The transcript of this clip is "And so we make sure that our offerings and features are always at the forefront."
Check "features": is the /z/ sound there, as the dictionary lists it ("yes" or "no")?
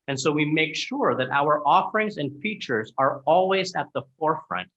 yes